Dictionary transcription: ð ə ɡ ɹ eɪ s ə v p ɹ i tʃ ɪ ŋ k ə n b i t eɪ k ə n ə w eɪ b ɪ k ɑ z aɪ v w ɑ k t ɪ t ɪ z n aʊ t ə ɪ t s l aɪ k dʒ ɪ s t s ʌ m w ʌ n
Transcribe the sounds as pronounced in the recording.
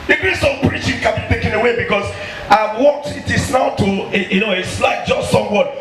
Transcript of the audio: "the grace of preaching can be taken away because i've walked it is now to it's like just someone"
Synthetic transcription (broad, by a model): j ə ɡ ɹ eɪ s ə p ɹ i tʃ ɪ ŋ k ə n b i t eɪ k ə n ə w eɪ b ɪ k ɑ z aɪ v w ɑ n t ɪ t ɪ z n aʊ t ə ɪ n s l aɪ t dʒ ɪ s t s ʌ m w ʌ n